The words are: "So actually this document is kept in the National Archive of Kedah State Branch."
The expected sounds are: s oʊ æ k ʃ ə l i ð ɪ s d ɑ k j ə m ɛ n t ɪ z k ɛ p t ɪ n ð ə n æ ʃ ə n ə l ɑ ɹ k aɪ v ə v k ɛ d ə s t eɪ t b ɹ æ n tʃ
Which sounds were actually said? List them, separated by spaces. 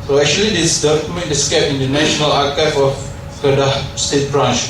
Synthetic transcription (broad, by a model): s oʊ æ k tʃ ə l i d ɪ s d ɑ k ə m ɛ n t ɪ s k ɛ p ɪ n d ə n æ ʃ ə n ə l ɑ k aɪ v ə f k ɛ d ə s t eɪ t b ɹ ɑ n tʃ